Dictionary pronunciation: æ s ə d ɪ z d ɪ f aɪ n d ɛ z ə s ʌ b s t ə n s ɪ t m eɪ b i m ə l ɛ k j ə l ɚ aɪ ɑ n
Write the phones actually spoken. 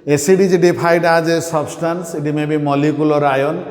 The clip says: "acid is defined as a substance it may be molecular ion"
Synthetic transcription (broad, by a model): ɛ s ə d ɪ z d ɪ p aɪ d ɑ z ə s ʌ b s t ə n s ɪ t m eɪ b i m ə l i k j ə l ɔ aɪ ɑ n